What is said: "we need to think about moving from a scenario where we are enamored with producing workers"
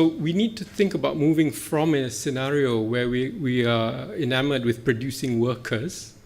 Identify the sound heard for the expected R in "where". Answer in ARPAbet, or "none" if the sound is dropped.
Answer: W